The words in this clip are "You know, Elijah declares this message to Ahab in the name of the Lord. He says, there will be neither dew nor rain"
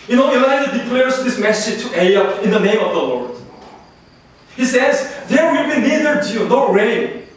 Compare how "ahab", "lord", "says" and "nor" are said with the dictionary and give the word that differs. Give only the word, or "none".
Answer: ahab